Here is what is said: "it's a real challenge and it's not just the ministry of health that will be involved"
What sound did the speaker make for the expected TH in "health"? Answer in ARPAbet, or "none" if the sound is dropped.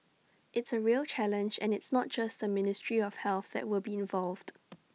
TH